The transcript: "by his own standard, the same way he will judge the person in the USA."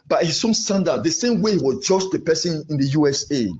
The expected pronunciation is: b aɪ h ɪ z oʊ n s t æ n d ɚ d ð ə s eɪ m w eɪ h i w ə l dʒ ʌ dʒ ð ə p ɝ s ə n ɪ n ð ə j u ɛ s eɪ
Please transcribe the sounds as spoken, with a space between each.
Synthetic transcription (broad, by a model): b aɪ h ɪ s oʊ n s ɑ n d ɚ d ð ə s eɪ m w eɪ h i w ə dʒ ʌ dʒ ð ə p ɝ s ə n ɪ n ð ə j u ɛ s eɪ